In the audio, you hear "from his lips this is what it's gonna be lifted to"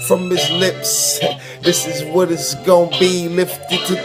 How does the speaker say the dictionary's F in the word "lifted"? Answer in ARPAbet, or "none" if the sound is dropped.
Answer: F